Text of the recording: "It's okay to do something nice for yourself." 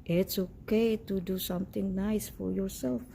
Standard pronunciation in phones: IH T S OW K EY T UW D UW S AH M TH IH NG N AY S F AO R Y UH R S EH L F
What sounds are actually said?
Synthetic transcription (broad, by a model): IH T S OW K EY T UW D UW S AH M T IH NG N AY S F AO R Y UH R S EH L F